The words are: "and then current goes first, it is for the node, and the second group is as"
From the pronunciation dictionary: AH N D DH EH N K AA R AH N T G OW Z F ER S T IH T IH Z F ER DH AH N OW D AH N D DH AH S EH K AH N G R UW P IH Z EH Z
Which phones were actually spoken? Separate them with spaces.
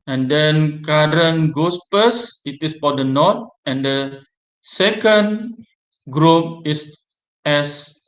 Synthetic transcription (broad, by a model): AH N D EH N K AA R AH N G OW S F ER S IH T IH S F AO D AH N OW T AH N D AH S EH K AH N G R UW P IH S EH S